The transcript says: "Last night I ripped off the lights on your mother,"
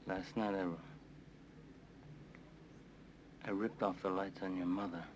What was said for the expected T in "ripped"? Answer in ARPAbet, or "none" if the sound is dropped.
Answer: T